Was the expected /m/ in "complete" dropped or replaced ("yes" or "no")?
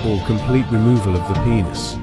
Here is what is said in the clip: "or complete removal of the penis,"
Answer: no